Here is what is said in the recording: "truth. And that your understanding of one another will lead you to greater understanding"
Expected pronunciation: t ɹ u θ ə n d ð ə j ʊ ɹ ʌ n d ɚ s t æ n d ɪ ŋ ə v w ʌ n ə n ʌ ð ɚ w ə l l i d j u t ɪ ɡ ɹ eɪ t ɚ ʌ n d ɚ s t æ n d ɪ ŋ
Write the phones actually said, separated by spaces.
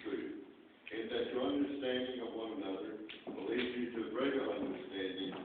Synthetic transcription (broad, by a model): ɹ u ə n ð ə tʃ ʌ ɹ ʌ n d ɚ s t æ n d ɪ ŋ ə v w ʌ n ə n ʌ ð ɚ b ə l l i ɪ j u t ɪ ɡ ɹ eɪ t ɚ ʌ n d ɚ s t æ n d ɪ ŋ